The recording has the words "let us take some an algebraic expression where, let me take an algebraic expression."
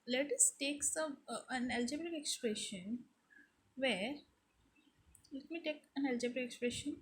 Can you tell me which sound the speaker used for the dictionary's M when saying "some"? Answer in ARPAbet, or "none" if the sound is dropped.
none